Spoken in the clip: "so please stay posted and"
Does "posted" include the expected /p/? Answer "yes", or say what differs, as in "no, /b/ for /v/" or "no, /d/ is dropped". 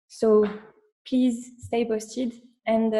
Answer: no, /b/ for /p/